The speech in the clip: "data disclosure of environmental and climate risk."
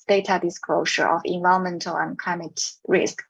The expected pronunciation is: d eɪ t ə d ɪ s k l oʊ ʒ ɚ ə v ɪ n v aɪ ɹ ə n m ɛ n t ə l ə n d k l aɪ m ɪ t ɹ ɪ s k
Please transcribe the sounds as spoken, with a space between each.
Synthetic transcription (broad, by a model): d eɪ t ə d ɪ s k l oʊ ʃ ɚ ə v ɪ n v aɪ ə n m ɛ n t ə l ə n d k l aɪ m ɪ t ɹ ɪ s k